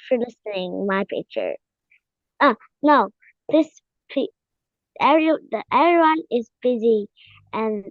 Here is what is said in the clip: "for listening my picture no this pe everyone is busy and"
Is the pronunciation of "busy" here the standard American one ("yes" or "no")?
yes